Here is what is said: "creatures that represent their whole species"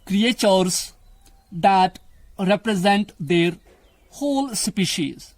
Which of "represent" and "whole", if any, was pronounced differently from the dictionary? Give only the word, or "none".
none